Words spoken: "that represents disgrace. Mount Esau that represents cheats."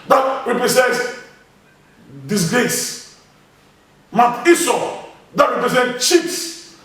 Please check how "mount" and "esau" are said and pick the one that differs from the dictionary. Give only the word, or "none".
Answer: mount